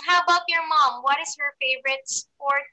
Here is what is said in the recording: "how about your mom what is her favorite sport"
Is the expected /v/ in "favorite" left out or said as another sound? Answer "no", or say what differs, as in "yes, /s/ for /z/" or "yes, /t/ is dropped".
no